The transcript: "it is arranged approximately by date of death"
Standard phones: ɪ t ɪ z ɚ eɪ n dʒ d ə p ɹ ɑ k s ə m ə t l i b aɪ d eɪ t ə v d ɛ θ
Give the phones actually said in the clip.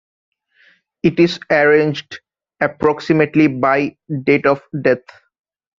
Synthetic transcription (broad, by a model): ɪ t ɪ z ɚ eɪ n dʒ d ə p ɹ ɑ k s ə m ə t l i b aɪ d eɪ t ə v d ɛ t